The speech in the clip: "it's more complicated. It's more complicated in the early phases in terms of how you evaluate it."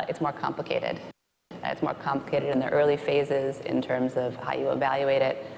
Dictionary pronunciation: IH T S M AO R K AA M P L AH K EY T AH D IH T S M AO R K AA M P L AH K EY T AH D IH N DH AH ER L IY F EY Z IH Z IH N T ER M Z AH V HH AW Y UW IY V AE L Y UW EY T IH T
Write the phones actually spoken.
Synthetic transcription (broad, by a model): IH T S M AO R K AA M P L AH K EY T AH D IH T S M AO R K AA M P L AH K EY T AH D IH N DH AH ER L IY F EY Z IH Z IH N T ER M Z AH V HH AW Y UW IY V AE L Y UW EY T IH T